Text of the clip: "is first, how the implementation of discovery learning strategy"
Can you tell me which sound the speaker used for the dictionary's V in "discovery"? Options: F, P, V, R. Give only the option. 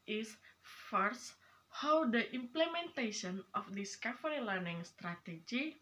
F